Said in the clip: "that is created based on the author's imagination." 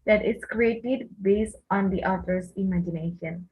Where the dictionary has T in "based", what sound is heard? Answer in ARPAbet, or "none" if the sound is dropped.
T